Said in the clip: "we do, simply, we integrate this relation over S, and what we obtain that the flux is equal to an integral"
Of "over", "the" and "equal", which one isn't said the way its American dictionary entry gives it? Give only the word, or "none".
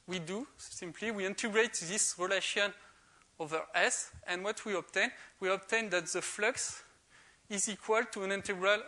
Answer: none